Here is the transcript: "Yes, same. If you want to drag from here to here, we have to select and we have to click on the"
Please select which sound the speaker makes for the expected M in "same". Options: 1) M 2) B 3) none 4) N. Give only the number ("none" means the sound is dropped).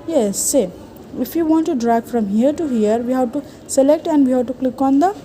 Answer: 3